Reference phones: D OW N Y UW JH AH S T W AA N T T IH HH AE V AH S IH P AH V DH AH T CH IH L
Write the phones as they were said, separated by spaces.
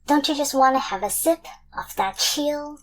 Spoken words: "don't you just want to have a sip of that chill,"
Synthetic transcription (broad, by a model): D OW N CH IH JH AH S T W AA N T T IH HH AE V AH S IH P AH F DH AH T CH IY L